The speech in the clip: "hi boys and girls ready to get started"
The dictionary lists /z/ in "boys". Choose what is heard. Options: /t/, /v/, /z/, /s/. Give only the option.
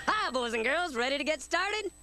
/z/